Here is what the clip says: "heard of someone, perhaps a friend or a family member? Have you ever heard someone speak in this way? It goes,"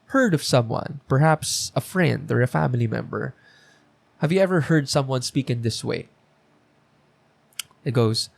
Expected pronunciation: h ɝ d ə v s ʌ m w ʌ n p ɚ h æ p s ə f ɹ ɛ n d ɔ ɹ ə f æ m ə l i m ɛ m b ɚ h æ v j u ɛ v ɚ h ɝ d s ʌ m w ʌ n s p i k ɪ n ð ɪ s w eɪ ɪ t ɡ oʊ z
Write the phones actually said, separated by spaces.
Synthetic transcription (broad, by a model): h ɝ d ə v s ʌ m w ʌ n p ɚ h æ p s ə f ɹ ɛ n d ɔ ɹ ə f æ m ə l i m ɛ m b ɚ h æ v j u ɛ v ɚ h ɝ d s ʌ m w ʌ n s p i k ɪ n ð ɪ s w eɪ ɪ t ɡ oʊ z